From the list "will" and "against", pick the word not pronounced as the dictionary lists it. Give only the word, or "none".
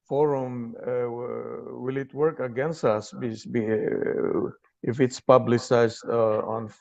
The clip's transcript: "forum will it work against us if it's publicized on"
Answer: none